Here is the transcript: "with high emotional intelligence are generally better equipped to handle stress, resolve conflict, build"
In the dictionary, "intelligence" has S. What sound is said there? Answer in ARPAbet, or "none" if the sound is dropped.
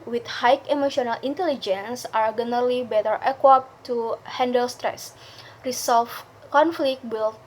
S